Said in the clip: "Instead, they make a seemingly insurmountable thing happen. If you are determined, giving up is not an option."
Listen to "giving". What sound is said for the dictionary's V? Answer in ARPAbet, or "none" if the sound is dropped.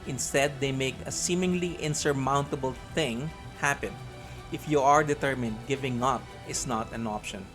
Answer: V